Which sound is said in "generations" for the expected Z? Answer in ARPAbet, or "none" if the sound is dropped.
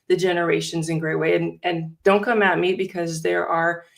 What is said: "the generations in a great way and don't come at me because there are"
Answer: Z